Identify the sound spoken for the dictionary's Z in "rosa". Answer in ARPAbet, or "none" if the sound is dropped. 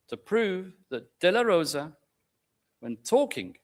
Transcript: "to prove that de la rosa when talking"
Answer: Z